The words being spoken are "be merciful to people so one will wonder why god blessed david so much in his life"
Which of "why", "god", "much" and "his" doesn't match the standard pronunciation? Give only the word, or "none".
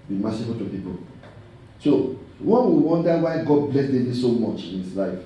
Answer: his